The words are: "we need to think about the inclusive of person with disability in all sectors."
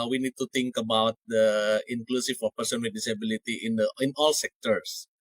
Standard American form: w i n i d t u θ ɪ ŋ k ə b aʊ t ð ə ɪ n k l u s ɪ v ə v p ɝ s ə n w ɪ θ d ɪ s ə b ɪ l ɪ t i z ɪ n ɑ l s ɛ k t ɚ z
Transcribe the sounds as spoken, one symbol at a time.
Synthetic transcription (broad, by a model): w i n i d t u t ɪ ŋ k ə b aʊ t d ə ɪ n k l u s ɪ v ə p ɝ s ə n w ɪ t d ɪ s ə b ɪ l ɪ t i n ɪ n ɑ l s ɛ k t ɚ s